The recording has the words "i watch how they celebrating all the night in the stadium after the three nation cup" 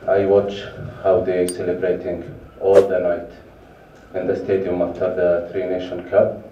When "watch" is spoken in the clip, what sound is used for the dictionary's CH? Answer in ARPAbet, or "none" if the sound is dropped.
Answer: CH